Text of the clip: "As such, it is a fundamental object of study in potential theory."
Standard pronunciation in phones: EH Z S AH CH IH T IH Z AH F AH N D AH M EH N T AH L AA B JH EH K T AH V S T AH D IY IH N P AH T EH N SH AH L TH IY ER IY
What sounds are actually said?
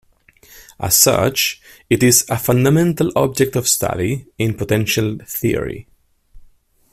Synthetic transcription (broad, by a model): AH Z S AH CH IH T IH Z AH F AH N D AH M EH N T AH L AA B JH EH K T AH V S T AH D IY IH N P AH T EH N SH AH L TH IY ER IY